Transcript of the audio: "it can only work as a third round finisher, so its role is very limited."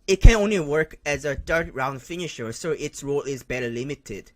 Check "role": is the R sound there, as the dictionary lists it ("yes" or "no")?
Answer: yes